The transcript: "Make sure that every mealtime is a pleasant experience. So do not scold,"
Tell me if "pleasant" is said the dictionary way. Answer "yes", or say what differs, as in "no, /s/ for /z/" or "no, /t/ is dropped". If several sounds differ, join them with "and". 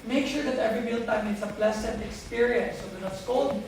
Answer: no, /s/ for /z/